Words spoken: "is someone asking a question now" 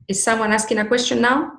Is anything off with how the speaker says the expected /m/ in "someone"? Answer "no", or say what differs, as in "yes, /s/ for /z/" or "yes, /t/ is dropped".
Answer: no